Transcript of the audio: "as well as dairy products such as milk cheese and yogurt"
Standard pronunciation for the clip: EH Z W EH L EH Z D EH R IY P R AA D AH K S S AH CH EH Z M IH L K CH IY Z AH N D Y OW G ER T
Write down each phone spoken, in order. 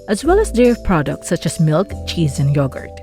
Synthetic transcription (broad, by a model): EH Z W EH L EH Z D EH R P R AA D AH K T S AH CH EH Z M IH L K CH IY Z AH N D Y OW G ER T